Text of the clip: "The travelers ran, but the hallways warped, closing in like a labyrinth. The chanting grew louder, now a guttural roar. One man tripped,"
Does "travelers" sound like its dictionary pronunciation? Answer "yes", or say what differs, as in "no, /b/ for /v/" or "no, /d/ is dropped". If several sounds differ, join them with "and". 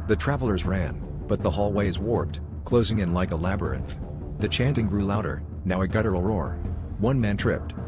yes